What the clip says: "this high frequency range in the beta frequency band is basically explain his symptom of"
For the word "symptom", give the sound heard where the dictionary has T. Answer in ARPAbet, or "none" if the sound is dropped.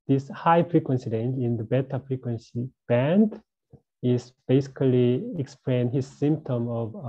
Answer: T